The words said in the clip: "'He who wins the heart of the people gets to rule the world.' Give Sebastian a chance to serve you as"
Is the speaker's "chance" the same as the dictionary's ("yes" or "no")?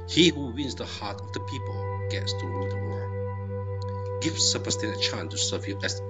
no